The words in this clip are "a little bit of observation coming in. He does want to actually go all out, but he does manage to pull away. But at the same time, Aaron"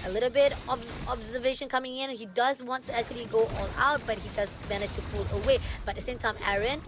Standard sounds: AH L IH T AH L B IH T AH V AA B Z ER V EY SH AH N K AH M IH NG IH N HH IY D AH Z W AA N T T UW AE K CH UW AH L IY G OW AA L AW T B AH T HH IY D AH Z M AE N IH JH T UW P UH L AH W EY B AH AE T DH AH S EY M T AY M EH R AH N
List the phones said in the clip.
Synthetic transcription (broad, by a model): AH L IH T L B IH T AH B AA B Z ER V EY SH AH N K AH M IH NG IH N HH IY D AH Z W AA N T T UW AE K CH UW AH L IY G OW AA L AW T B AH T HH IY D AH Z M AE N IH JH T UW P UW L AH W EY B AH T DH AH S EY M T AY M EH R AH N